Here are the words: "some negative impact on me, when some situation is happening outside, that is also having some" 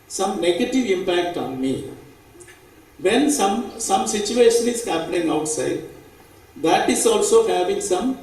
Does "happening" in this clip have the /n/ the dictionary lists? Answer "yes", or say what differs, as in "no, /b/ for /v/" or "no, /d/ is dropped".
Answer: no, /l/ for /n/